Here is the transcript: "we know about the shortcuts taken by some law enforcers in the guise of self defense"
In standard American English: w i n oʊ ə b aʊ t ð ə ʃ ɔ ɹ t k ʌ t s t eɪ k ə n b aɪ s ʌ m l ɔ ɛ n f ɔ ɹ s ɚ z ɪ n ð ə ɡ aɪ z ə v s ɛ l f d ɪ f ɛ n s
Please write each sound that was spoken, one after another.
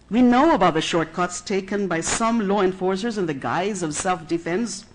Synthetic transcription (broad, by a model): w i n oʊ ə b aʊ t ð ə ʃ ɔ ɹ t k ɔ t s t eɪ k ə n b aɪ s ʌ m l ɔ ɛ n f ɔ ɹ s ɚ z ɪ n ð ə ɡ aɪ z ə v s ɛ l f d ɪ f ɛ n s